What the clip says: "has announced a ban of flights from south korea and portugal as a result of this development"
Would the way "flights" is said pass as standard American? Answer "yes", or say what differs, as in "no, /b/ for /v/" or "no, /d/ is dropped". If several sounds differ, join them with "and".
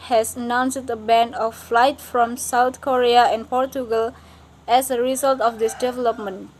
no, /s/ is dropped